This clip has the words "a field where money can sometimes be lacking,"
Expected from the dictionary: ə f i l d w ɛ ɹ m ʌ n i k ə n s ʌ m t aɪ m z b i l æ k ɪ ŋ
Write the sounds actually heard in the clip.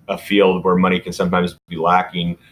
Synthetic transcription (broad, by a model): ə f i l d w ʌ ɹ m ʌ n i k ə n s ʌ m t aɪ m z b i l æ k ɪ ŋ